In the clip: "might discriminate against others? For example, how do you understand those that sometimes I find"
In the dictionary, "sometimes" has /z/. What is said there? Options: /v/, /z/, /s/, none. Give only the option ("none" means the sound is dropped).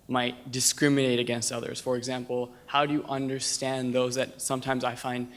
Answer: /z/